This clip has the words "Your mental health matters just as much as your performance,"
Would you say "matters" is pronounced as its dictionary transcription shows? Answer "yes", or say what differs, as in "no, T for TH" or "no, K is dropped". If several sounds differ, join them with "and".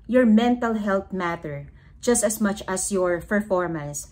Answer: no, Z is dropped